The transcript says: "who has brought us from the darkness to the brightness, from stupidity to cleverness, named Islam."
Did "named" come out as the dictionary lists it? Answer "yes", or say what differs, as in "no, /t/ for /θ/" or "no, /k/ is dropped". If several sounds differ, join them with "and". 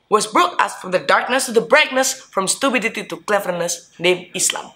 no, /d/ is dropped